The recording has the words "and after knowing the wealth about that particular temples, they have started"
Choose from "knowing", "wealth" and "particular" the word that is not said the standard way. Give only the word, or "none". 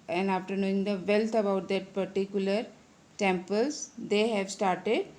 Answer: wealth